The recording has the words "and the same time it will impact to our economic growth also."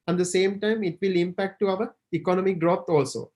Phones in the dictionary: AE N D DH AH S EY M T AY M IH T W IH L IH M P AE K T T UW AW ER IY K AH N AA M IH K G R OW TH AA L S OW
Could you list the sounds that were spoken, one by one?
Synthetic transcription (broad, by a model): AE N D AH S EY M T AY M IH T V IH L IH M P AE K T T UW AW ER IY K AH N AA M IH K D R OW T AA L S OW